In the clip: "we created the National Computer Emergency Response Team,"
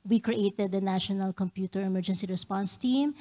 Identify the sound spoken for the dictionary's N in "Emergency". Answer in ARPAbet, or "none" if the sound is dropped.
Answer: N